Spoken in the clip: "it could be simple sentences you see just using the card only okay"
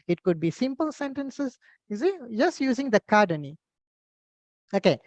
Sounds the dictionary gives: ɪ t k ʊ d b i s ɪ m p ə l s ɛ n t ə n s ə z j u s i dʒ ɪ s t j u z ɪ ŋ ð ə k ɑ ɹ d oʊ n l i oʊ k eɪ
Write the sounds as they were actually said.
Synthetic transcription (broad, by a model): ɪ t k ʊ d b i s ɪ m p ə l s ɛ n t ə n s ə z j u s i dʒ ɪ s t j u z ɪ ŋ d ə k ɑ d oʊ n i oʊ k eɪ